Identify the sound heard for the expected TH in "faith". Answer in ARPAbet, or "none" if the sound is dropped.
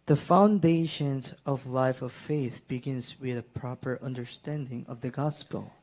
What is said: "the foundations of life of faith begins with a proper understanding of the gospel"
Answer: TH